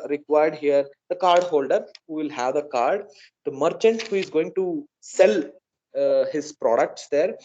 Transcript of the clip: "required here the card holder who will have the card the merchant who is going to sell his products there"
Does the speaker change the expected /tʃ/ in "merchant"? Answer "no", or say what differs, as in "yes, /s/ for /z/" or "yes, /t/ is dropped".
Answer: no